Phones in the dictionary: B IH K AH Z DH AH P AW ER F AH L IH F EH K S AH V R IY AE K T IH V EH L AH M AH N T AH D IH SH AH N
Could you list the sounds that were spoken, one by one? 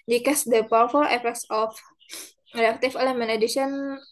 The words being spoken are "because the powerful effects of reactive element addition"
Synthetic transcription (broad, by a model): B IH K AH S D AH P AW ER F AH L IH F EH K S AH F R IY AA K T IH F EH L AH M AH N AH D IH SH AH N